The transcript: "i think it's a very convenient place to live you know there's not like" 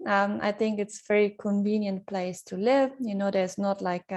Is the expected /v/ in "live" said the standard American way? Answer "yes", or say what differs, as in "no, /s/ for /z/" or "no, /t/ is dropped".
yes